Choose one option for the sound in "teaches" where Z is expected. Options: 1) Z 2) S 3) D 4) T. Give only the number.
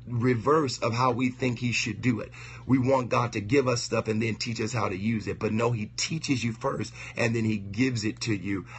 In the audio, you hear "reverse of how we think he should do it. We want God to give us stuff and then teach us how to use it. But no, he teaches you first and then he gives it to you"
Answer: 1